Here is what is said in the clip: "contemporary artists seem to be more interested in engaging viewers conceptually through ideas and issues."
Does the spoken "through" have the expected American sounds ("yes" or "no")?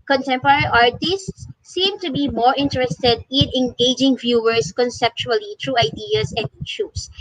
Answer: no